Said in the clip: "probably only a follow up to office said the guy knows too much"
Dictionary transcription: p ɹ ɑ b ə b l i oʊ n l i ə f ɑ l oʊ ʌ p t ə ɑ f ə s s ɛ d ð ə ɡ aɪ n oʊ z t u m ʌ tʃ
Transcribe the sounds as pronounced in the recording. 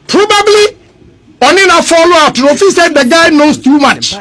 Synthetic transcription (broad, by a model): p ɹ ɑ b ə b l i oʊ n i ə f ɑ l oʊ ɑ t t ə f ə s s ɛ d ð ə ɡ aɪ n oʊ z t u m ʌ tʃ